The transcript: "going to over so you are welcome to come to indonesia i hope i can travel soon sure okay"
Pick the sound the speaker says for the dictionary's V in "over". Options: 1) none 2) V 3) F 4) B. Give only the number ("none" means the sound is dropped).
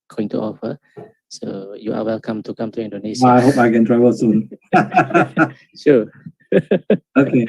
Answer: 3